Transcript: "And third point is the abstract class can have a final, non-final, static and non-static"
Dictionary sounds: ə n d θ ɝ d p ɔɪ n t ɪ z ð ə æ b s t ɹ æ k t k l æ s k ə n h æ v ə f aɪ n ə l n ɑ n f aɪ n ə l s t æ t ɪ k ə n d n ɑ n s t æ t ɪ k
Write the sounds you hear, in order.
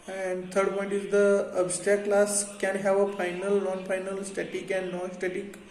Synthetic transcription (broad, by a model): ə n d t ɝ d p ɔɪ n t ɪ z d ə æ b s t æ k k l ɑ s k ə n h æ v ə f aɪ n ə l n ɑ n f aɪ n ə l s t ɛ t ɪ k ə n d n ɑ s t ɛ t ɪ k